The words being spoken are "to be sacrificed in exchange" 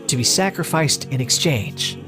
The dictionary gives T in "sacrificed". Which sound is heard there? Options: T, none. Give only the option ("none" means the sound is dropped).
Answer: T